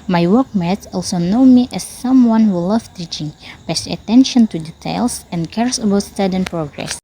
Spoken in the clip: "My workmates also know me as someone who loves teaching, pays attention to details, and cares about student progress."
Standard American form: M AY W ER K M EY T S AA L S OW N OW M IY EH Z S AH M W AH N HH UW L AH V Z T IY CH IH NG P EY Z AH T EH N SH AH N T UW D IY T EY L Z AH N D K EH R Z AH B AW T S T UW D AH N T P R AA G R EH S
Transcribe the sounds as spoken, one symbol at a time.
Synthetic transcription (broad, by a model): M AY W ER K M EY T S AA L S OW N OW M IY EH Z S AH M W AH N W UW L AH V T IY CH IH NG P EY S AH T EH N SH AH N T UW D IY T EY L S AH N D K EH R S AH B AW T S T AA D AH N P R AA G R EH S